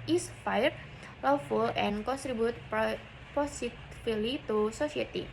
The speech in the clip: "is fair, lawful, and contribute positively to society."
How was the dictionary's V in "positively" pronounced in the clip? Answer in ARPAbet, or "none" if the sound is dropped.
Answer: none